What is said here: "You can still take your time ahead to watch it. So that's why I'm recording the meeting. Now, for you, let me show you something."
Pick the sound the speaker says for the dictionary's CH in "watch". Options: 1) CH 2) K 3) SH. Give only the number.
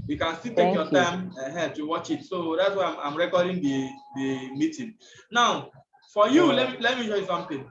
1